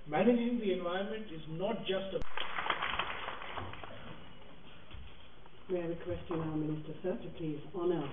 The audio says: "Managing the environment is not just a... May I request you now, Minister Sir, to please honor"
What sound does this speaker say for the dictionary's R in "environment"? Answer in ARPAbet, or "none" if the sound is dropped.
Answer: none